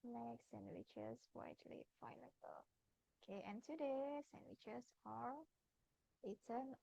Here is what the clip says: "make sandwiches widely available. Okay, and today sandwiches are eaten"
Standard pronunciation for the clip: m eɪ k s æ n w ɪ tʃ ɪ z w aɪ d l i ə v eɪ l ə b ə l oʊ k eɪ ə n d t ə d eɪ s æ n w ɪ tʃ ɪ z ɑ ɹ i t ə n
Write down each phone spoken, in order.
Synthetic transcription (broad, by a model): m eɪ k s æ n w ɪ tʃ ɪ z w aɪ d l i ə ɪ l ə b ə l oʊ k eɪ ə n t ə d eɪ s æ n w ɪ tʃ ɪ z ɑ ɹ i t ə n